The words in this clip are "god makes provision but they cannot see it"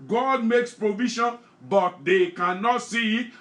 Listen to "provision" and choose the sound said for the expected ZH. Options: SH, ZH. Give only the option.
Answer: SH